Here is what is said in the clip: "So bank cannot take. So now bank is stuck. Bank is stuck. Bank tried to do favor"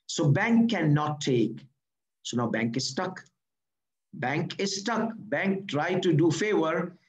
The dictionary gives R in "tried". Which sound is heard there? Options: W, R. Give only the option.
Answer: R